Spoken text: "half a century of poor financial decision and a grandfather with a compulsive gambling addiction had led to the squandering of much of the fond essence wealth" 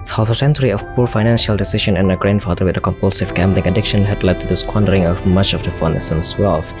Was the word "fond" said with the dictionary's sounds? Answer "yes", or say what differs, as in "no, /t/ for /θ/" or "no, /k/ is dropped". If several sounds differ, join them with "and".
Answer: no, /d/ is dropped